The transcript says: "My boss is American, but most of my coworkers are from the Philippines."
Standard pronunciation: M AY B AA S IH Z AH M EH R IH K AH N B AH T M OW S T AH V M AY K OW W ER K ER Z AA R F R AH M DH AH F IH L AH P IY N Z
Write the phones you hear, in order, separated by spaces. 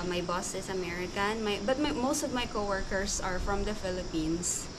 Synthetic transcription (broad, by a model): M AY B AA S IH S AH M EH R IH K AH N B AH T M OW S T AH V M AY K OW W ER K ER S AA R F R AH M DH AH F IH L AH P IY N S